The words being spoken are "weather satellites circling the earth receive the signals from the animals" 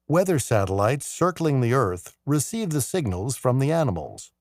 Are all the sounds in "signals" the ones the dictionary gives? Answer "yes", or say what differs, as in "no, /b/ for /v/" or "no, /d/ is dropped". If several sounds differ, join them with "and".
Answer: yes